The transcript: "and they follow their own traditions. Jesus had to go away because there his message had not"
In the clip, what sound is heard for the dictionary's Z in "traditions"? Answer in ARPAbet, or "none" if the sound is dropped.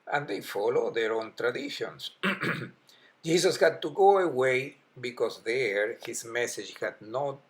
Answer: S